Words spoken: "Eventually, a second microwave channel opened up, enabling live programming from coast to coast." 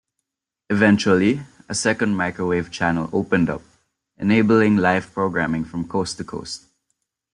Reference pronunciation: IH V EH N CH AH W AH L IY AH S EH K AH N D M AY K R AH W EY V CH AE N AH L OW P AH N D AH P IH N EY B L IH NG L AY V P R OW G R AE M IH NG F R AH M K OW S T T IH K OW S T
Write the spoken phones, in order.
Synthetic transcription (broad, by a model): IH V EH N CH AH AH L IY AH S EH K AH N D M AY K R AH W EY V CH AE N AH L OW P AH N D AH P IH N EY B L IH NG L AY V P R OW G R AE M IH NG F R AH M K OW S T T IH K OW S T